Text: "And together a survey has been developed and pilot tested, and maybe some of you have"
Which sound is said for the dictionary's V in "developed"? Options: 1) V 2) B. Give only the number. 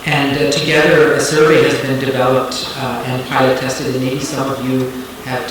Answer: 1